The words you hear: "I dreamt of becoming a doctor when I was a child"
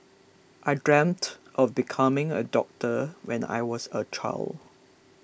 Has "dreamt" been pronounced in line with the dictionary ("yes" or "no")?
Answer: yes